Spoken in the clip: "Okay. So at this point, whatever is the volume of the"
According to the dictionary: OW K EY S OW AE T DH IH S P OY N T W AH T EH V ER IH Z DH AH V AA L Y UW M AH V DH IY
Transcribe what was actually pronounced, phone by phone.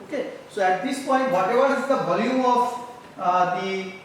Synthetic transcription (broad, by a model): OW K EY S OW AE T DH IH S P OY N T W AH T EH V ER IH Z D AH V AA L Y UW AH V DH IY